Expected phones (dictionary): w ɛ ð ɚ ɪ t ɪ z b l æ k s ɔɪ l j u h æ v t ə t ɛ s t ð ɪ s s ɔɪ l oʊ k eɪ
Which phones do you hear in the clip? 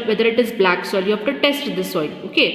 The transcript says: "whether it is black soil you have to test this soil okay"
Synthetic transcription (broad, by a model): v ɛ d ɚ ɪ t ɪ z b l æ k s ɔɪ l j u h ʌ f t ə t ɛ s t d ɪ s s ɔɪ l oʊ k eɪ